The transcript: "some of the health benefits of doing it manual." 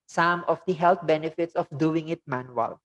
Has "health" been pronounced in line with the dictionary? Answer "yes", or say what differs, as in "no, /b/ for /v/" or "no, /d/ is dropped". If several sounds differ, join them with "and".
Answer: no, /t/ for /θ/